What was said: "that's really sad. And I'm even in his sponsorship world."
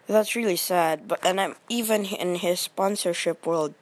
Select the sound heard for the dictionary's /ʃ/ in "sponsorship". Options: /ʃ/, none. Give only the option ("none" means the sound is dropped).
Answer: /ʃ/